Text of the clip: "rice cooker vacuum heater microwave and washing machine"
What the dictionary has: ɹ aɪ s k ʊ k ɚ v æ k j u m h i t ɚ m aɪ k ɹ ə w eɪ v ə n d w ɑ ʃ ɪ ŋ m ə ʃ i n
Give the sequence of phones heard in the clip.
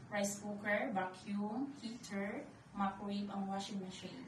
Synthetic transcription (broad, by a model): ɹ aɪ s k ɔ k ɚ b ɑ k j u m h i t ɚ m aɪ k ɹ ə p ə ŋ w ɑ ʃ ɪ ŋ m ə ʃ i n